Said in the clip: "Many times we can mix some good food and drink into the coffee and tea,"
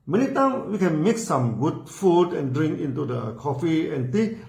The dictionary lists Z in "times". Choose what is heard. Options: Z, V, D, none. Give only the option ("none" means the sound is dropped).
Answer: none